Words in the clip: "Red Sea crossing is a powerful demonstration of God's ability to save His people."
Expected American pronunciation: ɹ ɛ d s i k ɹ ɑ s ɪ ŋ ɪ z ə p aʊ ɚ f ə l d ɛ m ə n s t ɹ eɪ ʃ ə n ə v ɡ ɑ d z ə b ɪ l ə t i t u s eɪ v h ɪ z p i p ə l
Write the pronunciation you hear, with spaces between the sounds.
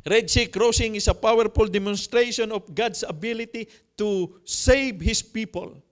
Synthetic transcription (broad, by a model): ɹ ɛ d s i k ɹ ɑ s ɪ ŋ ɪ s ə p aʊ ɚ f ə l d ɛ m ə n s t ɹ eɪ ʃ ə n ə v ɡ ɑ d s ə b ɪ l ə t i t u s eɪ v h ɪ s p i p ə l